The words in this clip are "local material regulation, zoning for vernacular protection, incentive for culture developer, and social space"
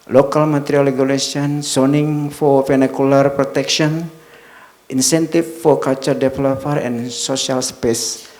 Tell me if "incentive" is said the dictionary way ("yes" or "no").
no